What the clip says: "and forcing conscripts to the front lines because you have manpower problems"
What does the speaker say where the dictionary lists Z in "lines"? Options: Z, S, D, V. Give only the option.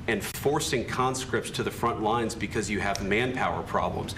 Z